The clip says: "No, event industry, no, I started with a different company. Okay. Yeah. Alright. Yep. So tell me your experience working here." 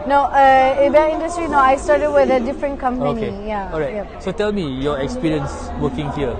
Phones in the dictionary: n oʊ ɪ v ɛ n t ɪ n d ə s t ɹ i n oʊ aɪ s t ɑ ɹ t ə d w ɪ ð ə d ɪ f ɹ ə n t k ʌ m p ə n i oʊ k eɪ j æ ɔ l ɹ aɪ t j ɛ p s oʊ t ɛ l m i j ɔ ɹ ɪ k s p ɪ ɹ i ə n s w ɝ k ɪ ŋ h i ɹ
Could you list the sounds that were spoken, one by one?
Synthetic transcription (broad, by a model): n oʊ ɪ b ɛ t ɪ n d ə s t ɹ i n oʊ aɪ s t ɑ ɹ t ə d w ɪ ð ə d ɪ f ɹ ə n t k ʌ m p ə i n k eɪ j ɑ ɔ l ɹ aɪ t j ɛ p s oʊ t ɛ l m i j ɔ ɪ k s p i ɹ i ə n s w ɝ k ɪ ŋ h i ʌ